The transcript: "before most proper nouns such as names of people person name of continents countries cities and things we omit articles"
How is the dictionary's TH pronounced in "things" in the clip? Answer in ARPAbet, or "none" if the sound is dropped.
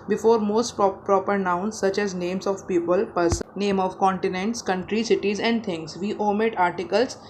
T